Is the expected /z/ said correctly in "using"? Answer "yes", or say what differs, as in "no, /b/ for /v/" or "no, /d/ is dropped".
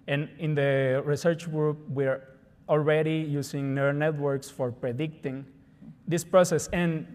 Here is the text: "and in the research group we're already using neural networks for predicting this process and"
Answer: no, /s/ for /z/